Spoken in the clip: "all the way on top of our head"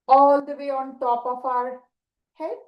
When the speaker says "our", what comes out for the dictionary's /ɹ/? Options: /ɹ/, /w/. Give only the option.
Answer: /ɹ/